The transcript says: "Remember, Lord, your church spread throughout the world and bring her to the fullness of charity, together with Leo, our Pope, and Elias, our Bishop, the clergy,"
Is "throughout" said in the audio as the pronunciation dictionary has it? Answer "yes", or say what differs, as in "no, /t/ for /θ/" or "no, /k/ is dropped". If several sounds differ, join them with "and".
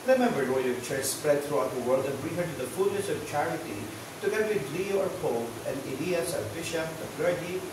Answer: no, /t/ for /θ/